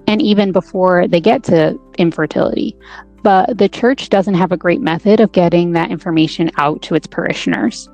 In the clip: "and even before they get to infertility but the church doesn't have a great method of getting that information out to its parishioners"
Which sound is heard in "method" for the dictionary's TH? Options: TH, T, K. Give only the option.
TH